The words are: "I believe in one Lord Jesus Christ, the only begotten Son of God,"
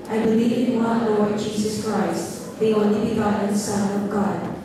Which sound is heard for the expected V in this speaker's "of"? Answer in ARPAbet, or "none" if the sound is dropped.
V